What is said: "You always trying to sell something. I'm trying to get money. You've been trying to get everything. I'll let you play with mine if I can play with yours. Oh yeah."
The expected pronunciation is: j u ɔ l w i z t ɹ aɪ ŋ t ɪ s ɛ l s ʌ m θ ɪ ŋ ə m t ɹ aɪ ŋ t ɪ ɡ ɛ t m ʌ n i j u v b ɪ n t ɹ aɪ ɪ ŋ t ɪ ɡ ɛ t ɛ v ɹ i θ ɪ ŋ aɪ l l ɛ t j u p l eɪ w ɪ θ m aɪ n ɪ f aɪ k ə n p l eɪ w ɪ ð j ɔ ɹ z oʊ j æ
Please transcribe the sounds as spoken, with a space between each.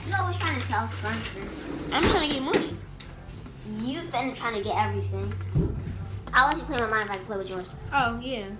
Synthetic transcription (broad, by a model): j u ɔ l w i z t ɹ aɪ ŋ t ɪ s ɛ l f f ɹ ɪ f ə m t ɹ aɪ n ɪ ɡ ɛ t m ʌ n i j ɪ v b ɪ n t ɹ aɪ ɪ ŋ t ɪ ɡ ɛ t ɛ v ɹ i θ ɪ ŋ aɪ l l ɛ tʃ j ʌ p l eɪ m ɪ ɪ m aɪ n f aɪ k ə p l eɪ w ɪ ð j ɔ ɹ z oʊ j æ